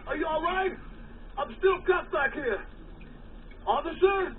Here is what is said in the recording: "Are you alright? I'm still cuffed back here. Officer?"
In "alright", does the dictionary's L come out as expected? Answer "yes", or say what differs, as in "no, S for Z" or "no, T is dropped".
yes